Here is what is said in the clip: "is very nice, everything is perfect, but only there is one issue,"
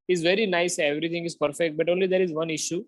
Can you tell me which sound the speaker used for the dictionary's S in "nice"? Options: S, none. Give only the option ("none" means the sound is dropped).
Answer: S